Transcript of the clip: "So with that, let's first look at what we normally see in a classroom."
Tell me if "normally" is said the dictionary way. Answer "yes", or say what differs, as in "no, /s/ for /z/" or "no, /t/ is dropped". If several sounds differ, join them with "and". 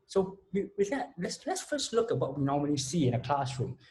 no, /n/ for /l/